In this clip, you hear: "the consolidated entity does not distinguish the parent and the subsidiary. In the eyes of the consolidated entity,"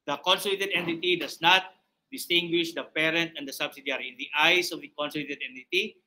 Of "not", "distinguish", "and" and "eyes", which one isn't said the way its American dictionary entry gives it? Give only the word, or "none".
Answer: eyes